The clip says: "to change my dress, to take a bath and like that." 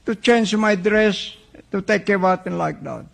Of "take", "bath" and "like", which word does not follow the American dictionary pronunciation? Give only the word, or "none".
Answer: bath